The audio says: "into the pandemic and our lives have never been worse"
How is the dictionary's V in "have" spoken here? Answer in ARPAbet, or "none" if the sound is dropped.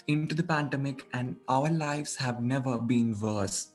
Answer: V